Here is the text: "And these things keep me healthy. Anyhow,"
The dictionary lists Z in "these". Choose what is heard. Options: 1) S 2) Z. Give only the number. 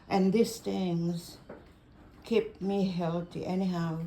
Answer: 1